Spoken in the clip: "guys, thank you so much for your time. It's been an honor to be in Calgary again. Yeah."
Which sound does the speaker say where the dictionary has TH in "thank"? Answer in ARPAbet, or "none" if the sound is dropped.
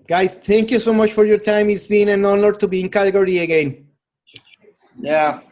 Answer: T